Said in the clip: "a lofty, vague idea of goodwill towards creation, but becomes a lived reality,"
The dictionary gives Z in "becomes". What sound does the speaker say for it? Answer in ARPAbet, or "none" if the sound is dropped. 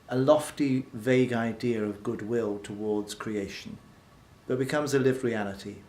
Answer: Z